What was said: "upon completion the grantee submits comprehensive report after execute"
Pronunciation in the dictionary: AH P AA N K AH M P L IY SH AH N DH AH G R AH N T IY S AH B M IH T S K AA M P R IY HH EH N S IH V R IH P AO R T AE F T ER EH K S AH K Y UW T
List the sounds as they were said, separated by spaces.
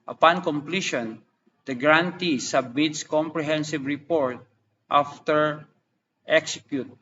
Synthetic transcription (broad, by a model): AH P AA N K AH M P L IY SH AH N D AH G R AH N T IY S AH B M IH T S K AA M P R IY HH EH N S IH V R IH P AO R T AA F T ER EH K S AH K Y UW T